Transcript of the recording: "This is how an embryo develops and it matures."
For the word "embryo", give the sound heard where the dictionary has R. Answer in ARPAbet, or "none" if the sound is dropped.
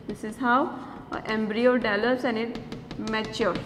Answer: R